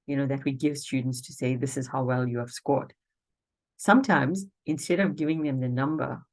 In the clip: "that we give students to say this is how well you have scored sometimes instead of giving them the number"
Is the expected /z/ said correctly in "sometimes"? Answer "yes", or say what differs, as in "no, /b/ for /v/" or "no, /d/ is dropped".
yes